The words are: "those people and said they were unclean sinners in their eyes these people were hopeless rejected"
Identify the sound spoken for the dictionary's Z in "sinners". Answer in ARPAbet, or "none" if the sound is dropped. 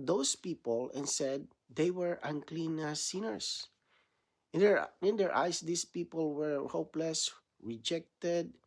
S